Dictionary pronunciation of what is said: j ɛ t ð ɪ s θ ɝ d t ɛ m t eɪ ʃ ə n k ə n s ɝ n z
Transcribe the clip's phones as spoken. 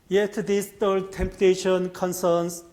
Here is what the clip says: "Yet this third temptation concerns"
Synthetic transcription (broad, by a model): j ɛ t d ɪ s t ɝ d t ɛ m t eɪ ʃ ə n k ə n s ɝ n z